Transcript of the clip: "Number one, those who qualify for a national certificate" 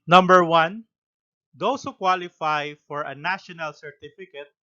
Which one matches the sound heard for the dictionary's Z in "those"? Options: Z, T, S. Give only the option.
S